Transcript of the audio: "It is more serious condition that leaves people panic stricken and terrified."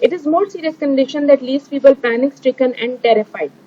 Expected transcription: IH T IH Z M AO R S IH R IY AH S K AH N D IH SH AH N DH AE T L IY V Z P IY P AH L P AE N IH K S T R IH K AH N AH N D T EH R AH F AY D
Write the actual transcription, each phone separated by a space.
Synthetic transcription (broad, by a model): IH T IH Z M AO R S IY R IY AH S K AH N D IH SH AH N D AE T L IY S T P IY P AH L P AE N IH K S T R IH K AH N AH N D T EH R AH F AY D